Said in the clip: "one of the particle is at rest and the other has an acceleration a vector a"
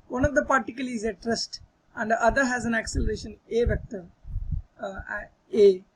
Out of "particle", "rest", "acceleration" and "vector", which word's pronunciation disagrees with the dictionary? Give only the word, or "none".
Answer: none